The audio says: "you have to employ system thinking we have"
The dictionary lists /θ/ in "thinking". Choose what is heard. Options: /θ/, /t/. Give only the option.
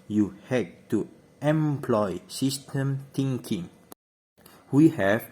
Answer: /t/